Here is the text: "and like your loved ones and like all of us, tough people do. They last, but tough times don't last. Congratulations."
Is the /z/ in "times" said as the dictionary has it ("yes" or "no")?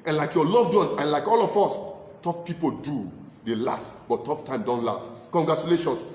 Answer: no